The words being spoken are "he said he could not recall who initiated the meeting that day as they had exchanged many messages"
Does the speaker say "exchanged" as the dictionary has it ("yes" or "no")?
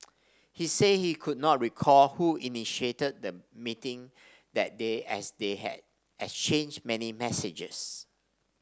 no